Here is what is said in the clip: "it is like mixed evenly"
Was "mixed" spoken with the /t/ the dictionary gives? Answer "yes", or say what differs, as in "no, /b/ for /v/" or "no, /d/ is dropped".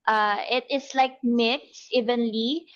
no, /t/ is dropped